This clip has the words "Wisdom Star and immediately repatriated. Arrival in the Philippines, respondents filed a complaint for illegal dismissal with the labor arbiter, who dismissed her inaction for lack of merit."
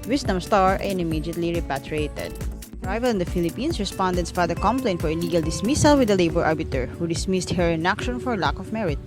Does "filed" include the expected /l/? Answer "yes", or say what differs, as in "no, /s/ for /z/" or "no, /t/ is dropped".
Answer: no, /l/ is dropped